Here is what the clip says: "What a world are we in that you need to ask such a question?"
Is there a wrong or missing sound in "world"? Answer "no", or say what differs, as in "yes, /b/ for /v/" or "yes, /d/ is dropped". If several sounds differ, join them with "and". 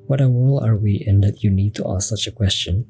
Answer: yes, /d/ is dropped